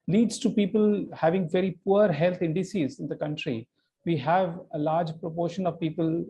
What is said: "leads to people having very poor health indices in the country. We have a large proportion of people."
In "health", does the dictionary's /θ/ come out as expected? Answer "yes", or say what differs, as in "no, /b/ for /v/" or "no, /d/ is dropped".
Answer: no, /t/ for /θ/